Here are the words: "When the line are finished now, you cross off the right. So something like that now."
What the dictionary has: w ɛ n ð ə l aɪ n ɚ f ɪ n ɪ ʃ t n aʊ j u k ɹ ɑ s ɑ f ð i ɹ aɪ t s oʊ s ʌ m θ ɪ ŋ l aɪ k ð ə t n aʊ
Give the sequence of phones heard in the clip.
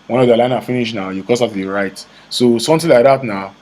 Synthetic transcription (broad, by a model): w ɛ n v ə l aɪ n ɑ f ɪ n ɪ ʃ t n aʊ j u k ɑ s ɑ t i ɹ aɪ t s oʊ s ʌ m t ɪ l aɪ k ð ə t n aʊ